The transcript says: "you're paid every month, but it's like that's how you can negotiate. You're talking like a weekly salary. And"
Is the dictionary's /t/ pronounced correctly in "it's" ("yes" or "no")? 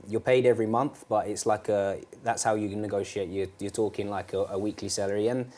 yes